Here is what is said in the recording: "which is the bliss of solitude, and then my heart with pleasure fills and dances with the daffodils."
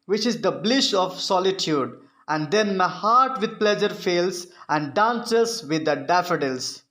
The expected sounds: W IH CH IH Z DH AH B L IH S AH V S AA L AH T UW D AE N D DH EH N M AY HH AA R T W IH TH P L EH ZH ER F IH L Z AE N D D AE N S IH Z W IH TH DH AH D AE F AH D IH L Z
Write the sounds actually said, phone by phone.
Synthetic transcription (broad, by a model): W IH CH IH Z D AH B L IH SH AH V S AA L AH T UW D AE N D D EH N M AY HH AA R T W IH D P L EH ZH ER F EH L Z AE N D D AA N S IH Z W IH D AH D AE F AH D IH L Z